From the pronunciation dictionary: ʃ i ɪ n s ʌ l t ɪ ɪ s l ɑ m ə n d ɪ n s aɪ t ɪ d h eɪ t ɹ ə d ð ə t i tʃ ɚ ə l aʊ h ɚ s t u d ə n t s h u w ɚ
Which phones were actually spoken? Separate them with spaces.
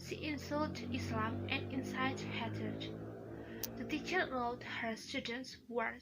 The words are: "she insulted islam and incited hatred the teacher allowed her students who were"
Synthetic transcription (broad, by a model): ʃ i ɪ n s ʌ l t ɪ ɪ s l ɑ m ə n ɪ n s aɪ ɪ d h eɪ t ə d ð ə t i tʃ ɚ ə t h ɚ s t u d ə n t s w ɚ